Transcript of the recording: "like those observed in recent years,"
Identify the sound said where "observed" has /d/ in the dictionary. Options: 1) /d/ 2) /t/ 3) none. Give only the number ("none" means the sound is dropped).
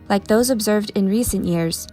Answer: 1